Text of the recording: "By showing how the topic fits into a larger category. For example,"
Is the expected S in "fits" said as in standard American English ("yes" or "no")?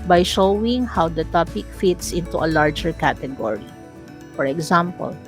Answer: yes